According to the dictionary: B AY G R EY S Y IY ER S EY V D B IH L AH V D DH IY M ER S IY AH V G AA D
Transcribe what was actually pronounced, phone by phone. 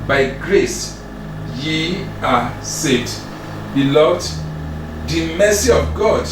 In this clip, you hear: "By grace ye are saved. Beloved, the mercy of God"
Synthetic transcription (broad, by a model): B AY G R EY S Y IY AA S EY D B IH L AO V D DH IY M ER S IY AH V G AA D